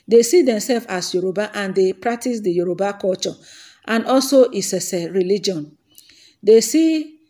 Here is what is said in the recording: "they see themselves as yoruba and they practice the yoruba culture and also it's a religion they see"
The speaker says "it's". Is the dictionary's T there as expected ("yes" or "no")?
no